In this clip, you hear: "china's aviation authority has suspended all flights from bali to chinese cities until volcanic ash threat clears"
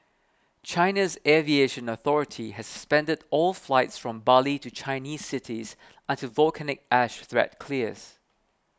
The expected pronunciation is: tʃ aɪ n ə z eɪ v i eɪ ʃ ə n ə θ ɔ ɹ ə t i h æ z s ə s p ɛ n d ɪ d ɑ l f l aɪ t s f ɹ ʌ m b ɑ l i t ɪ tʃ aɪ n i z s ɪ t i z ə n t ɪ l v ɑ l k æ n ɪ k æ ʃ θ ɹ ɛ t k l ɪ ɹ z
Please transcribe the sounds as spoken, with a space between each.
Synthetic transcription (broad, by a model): tʃ aɪ n ə z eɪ v i eɪ ʃ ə n ə θ ɔ ɹ ə t i h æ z s ə s p ɛ n d ɪ d ɑ l f l aɪ t s f ɹ ʌ m b ɑ l i t ɪ tʃ aɪ n i z s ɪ t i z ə n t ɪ v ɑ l k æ n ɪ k æ ʃ θ ɹ ɛ t k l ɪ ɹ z